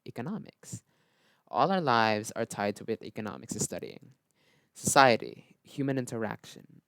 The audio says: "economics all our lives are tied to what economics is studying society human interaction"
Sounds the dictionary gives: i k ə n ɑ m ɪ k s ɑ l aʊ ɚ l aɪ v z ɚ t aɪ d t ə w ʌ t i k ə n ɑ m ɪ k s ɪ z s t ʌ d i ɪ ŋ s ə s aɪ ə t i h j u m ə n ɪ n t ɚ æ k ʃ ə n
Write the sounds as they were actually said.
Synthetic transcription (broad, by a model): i k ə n ɑ m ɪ k s ɑ l aʊ ɚ l aɪ v z ɚ t aɪ d t ə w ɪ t i k ə n ɑ m ɪ k s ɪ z s t ʌ d i ɪ ŋ s ə s aɪ ə t i h j u m ə n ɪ n t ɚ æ k ʃ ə n